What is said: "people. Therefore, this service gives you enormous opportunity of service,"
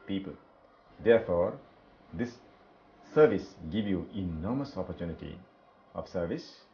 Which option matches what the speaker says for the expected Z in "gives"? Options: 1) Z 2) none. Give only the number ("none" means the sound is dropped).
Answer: 2